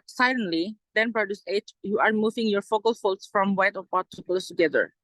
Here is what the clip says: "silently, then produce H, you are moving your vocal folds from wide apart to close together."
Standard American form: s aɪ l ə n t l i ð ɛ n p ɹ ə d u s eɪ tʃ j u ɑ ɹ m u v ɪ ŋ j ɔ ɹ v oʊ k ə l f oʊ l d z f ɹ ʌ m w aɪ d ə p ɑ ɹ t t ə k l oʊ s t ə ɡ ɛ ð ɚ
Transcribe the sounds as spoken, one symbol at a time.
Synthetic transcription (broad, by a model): s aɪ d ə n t l i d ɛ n p ɹ ə d u s eɪ tʃ j u ɑ ɹ m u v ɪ ŋ j ɔ ɹ f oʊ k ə l f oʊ l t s f ɹ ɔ m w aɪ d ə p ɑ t t ə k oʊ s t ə ɡ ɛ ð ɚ